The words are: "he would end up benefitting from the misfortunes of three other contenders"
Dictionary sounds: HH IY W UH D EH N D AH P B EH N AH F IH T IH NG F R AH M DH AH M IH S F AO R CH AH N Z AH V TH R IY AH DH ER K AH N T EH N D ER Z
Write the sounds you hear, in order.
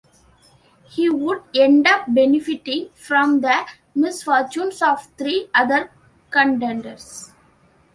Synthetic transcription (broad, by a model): HH IY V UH D EH N D AH P B EH N AH F IH T IH NG F R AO M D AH M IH S F AO R CH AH N S AH V T R IY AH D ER K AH N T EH N D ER S